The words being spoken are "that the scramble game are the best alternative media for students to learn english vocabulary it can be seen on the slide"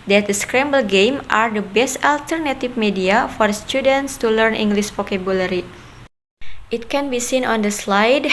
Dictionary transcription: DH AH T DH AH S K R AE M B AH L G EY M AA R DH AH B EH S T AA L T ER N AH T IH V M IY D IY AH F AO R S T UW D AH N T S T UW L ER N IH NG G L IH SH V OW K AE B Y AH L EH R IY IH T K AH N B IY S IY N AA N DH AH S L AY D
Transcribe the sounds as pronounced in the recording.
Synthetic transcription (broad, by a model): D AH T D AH S K R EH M B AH L G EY M AA R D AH B EH S T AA L T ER N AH T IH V M IY D IY AH F AO R S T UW D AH N T S T UW L ER N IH NG G L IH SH P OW K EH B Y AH L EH R IY IH T K AH N B IY S IY N AA N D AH S L AY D